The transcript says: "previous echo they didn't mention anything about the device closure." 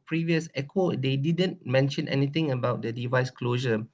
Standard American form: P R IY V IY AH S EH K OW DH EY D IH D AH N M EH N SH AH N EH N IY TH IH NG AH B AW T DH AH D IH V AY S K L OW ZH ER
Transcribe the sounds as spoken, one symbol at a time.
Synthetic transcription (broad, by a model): P R IY V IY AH S EH K OW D EY D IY D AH N M EH N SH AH N EH N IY T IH NG AH B AW T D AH D IH V AY S K L OW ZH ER